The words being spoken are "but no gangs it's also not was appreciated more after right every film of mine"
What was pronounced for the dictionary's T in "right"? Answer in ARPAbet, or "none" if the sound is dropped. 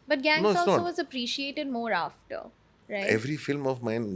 none